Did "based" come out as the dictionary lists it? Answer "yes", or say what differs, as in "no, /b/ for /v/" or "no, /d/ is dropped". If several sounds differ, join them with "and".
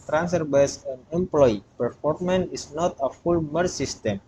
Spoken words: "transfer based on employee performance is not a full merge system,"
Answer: no, /t/ is dropped